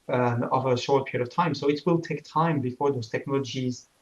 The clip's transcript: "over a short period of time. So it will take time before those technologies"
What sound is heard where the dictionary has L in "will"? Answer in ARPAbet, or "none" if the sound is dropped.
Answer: L